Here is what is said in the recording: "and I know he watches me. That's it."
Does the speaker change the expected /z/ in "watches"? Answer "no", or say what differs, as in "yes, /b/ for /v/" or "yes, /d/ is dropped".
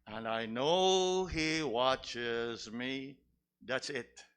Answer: no